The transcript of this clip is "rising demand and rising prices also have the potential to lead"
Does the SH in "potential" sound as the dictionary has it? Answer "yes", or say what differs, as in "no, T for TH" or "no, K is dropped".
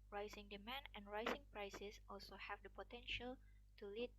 yes